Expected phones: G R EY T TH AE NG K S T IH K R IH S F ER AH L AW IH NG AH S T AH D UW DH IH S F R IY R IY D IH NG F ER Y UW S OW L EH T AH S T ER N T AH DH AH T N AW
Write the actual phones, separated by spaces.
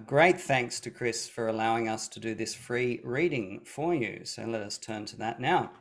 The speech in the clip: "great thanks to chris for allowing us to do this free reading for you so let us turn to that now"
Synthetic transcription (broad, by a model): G R EY T TH AE NG K S T IH K R IH S F ER AH L AW IH NG AH S T AH D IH DH IH S F R IY R IY D IH NG F ER Y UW S OW L EH T AH S T ER N T AH DH AH T N AW